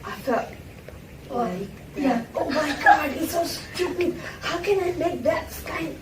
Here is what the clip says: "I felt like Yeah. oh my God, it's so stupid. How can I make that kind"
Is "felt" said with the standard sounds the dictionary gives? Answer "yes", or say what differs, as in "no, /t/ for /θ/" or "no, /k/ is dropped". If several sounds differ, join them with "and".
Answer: no, /l/ is dropped